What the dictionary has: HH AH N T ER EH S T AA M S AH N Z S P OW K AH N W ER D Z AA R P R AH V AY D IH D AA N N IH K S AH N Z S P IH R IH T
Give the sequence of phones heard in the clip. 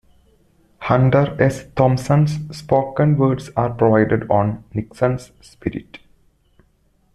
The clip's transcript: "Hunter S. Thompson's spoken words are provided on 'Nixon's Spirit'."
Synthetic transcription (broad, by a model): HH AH N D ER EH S T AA M S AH N S P OW K AH N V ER D S AA R P R AH V AY D IH D AA N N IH K S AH N S P IH R IH T